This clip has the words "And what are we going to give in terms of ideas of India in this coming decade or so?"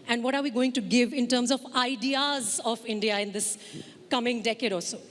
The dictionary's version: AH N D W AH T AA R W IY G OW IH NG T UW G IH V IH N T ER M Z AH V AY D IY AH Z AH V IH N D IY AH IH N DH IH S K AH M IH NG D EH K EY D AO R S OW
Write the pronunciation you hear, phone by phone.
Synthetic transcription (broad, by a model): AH N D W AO T AA R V IY G OW IH NG T UW G IH V IH N T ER M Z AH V AY D IY AH Z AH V IH N D IY AH IH N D IH S K AH M IH NG D EH K EY D AO L S OW